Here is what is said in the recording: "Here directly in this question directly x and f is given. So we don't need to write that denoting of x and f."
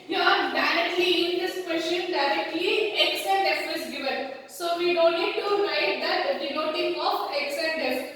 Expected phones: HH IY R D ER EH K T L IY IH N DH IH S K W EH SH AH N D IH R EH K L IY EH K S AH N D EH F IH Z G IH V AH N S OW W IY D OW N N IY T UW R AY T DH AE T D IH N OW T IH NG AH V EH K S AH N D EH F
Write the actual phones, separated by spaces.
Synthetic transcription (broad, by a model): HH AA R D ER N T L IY IH N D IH S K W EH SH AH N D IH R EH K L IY EH K S AH N D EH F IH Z G IH V AH N S OW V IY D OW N L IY T UW R AY T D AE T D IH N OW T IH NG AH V EH K S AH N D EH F